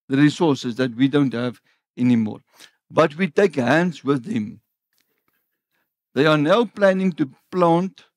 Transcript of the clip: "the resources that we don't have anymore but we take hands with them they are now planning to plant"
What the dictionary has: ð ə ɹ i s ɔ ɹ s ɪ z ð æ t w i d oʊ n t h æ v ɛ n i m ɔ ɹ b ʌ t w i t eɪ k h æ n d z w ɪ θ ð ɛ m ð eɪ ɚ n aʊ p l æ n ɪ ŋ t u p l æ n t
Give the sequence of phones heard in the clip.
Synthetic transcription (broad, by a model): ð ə ɹ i s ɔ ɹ s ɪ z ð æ t w i d oʊ n t h æ v ɛ n i m ɔ ɹ b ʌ t w i t eɪ k h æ n d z w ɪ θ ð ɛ m ð eɪ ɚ n aʊ p l æ n ɪ ŋ t u p l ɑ n t